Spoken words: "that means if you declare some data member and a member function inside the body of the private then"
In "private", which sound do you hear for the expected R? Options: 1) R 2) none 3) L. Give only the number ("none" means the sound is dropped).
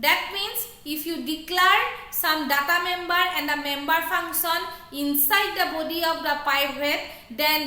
2